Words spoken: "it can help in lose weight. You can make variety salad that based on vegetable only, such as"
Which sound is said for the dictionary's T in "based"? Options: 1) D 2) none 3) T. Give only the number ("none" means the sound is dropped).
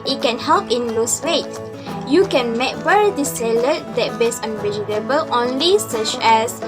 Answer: 2